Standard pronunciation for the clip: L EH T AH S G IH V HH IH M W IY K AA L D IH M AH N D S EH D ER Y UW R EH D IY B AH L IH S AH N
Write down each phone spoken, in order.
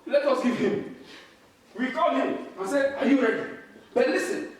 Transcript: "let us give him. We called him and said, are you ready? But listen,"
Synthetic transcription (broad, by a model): L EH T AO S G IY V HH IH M W IY K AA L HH IH M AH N S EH AA Y UW R EH D IY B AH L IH S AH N